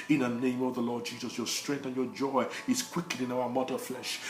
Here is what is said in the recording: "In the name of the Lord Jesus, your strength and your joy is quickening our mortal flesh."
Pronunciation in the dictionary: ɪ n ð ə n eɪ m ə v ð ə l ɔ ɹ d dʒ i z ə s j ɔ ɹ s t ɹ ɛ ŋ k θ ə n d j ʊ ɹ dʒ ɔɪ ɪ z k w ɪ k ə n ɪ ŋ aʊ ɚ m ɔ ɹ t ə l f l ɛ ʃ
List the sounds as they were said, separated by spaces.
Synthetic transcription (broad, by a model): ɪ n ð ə n eɪ m ə v ð ə l ɔ ɹ d dʒ i z ə s j ɔ ɹ s t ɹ ɛ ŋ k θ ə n j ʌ ɹ dʒ ɔɪ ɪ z k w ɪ k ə ɪ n aʊ ɚ m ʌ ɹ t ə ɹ f l ɛ ʃ